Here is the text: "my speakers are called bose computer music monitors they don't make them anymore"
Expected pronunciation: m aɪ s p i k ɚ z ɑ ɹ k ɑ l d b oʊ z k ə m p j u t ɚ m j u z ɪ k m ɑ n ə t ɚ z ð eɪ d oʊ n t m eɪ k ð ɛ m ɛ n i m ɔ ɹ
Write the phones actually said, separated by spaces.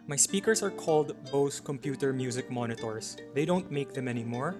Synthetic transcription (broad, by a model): m aɪ s p i k ɚ s ɑ ɹ k ɑ l d b oʊ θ k ə m p j u t ɚ m j u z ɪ k m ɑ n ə t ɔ s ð eɪ d oʊ n t m eɪ k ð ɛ m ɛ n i m ɔ ɹ